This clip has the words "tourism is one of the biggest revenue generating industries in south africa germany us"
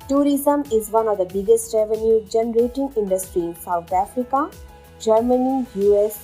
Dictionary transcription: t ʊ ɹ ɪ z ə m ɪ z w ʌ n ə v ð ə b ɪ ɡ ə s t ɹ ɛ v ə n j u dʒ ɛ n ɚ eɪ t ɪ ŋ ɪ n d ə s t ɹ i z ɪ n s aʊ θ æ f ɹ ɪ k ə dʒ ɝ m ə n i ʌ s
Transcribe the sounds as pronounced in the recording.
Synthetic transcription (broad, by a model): t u ɹ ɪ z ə m ɪ z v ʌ n ə v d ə b ɪ ɡ ə s t ɹ ɛ v ə n j u dʒ ɛ n ɚ eɪ t ɪ ŋ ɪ n d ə s t ɹ i ɪ n s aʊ t æ f ɹ ɪ k ə dʒ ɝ m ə n i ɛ s